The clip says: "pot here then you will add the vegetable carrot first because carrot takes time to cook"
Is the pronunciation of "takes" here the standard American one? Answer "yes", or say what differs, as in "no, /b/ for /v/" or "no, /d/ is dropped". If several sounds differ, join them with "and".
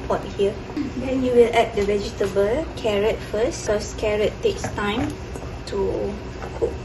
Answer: yes